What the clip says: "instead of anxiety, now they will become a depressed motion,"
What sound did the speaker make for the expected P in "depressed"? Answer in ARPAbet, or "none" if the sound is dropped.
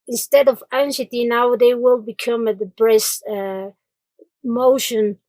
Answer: B